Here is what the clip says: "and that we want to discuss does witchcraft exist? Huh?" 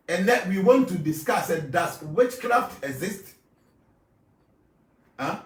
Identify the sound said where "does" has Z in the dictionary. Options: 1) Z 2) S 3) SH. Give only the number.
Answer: 2